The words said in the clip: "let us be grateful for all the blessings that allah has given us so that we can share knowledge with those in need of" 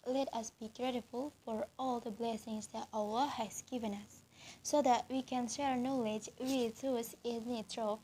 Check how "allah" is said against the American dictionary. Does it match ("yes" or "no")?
no